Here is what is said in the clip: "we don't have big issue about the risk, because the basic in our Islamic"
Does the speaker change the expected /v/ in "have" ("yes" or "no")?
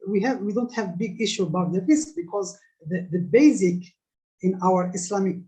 no